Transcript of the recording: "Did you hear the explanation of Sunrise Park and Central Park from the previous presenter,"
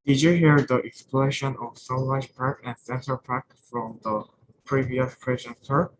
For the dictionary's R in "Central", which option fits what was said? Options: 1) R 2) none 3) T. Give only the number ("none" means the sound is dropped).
2